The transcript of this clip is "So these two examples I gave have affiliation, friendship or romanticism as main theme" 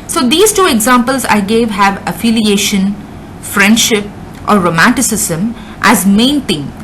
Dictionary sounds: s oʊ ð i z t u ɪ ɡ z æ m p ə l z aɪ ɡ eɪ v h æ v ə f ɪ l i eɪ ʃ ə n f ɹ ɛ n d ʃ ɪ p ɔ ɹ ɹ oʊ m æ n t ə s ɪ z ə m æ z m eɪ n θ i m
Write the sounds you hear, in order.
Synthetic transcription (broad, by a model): s oʊ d i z t u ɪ ɡ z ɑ m p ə l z aɪ ɡ eɪ v h æ v ə f ɪ l i eɪ ʃ ə n f ɹ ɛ n d ʃ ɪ p ɔ ɹ ɹ oʊ m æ n t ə s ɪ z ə m æ z m eɪ n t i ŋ